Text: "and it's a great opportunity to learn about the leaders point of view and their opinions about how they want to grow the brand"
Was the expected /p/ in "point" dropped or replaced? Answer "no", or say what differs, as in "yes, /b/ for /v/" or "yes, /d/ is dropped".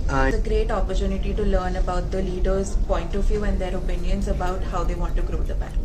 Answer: no